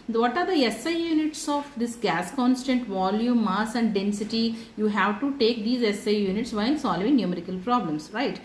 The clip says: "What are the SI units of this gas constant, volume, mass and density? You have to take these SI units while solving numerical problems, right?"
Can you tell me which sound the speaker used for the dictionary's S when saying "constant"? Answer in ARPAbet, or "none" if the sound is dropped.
S